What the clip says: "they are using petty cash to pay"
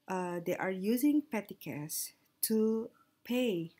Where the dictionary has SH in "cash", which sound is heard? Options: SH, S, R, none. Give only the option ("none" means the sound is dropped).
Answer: S